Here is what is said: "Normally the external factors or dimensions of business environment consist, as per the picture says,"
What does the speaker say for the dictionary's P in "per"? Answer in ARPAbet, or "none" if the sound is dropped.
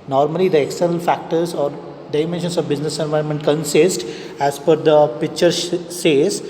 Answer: F